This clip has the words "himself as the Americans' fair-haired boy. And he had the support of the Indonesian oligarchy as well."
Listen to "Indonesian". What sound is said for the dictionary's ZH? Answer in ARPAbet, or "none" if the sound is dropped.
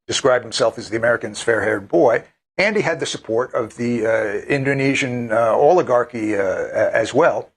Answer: ZH